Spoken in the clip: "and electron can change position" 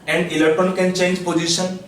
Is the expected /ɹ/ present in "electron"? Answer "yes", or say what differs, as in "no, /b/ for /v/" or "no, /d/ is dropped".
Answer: no, /ɹ/ is dropped